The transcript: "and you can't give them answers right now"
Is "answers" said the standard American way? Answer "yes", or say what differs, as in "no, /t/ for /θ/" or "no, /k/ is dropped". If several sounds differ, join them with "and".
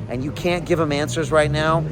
yes